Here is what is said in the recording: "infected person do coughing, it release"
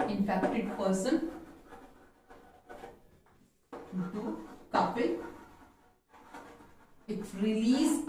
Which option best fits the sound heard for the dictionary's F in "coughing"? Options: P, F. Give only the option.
P